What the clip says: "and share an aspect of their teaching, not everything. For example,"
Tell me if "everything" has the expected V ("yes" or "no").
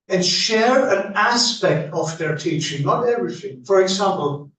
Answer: no